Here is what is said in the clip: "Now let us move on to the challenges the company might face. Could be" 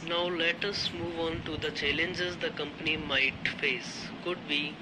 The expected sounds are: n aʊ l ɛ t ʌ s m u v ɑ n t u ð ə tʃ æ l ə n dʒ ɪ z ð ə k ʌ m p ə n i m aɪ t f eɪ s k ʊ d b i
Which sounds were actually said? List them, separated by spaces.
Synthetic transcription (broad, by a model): n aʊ l ɛ t ʌ s m u v ɑ n t u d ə tʃ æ l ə n dʒ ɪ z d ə k ʌ m p ə n i m aɪ t f eɪ s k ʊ d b i